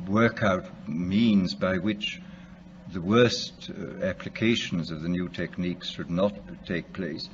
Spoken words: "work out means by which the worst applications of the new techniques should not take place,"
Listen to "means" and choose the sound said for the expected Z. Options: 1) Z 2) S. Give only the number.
1